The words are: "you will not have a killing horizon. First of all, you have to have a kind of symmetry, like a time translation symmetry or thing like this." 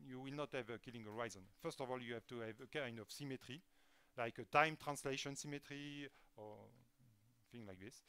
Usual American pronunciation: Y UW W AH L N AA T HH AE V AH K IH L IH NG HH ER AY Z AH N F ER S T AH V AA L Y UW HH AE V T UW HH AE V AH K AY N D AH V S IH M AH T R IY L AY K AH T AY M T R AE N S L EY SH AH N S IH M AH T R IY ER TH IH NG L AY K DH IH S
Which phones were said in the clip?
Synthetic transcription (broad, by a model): Y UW W AH L N AA T HH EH V AH K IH L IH NG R AY Z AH N F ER S T AH V AA L Y UW HH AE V T UW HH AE V AH K AY N D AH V S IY M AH T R IY L AY K AH T AY M T R AE N S L EY SH AH N S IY M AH T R IY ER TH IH NG L AY K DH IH S